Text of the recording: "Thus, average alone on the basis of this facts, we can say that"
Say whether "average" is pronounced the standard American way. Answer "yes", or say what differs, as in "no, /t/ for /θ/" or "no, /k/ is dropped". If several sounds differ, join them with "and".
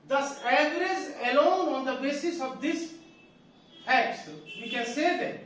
no, /z/ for /dʒ/